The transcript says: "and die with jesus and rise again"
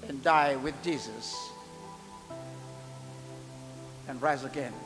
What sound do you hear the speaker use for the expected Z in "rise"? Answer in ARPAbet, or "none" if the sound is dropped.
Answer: Z